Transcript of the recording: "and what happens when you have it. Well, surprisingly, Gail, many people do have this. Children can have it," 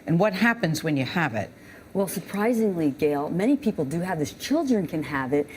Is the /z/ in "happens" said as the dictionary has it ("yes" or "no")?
yes